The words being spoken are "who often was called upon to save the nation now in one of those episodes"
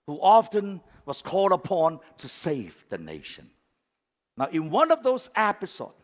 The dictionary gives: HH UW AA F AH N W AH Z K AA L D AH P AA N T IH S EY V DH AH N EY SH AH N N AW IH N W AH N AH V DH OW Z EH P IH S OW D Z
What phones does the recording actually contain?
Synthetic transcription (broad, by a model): HH UW AA F AH N W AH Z K AA L D AH P AA N T IH S EY V DH AH N EY SH AH N N AW IH N W AH N AH V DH OW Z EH P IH S OW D